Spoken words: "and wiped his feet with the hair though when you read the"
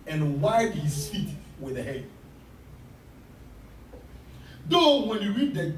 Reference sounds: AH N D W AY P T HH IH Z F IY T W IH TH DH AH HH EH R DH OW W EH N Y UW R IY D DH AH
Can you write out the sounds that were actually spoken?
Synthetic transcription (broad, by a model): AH N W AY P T HH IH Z F IY T W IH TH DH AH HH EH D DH OW W EH N Y UW R IY D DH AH